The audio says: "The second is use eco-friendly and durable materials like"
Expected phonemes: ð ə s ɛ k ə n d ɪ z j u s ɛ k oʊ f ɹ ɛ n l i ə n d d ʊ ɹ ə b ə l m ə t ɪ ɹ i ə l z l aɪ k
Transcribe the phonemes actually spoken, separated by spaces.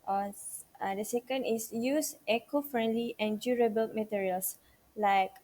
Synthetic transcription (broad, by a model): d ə s ɛ k ə n d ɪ s j u s ɛ k oʊ f ɹ ɛ n l i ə n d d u ɹ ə b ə l m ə t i ɹ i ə l s l aɪ k